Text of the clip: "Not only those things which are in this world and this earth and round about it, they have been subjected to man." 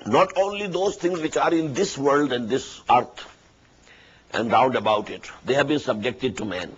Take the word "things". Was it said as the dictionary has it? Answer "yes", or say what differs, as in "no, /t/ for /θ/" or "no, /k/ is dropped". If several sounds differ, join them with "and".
no, /t/ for /θ/